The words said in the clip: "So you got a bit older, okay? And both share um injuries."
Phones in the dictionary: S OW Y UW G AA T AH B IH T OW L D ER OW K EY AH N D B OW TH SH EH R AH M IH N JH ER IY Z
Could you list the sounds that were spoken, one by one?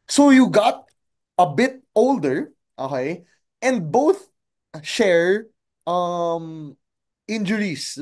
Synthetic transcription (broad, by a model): S OW Y UW G AA T AH B IH T OW L D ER OW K EY AH N D B OW TH SH EH R AH M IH N JH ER IY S